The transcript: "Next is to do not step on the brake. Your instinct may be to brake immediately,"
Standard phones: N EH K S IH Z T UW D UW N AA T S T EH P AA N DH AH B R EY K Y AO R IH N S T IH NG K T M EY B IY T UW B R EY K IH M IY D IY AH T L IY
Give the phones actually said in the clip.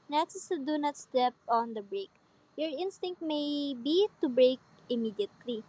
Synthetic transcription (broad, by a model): N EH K S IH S T UW D UW N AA T S T EH P AA N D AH B R EY K Y AO R IH N S T IH NG K T M EY B IY T UW B R EY K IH M IY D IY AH T L IY